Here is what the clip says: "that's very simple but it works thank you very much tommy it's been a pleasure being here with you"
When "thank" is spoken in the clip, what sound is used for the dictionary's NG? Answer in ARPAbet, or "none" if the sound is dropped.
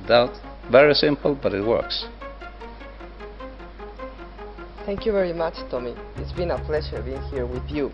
NG